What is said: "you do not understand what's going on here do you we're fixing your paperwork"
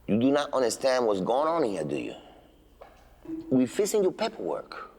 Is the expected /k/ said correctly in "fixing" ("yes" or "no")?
no